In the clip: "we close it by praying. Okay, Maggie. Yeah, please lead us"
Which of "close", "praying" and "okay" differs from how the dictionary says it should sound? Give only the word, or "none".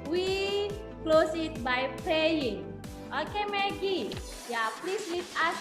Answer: praying